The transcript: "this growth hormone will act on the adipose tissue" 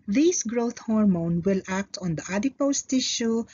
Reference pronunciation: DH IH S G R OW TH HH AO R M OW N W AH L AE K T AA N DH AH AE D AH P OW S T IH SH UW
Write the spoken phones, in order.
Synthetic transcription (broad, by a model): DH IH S G R OW T HH AO R M OW N W AH L AE K T AA N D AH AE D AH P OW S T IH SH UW